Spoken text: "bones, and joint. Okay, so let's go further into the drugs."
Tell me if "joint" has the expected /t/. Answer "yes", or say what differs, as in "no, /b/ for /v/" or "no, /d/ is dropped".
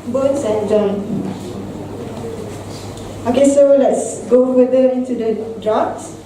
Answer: no, /t/ is dropped